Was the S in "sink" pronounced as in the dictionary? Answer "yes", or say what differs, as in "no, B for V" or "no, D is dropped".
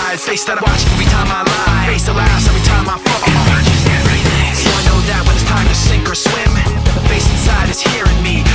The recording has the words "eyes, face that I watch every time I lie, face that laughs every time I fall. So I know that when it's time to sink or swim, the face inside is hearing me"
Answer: yes